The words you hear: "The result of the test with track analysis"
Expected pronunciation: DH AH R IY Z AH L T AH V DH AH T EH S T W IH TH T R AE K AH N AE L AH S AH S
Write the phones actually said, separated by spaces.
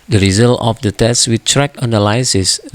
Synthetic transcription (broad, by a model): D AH R IY Z AH L T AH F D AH T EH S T W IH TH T R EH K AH N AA L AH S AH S